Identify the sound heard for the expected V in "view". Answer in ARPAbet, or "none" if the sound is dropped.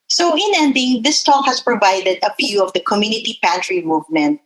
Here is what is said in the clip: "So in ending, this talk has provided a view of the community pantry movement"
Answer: P